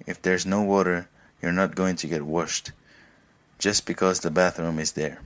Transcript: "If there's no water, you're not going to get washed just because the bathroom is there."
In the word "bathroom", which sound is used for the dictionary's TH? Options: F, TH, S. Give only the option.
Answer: TH